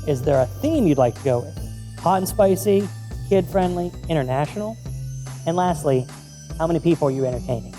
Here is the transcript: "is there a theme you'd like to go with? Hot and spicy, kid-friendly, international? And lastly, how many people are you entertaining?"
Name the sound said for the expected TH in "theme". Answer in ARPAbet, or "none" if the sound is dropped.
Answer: TH